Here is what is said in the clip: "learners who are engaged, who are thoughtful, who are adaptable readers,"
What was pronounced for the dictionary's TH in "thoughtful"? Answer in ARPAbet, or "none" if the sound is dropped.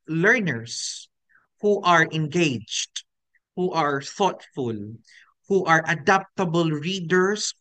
TH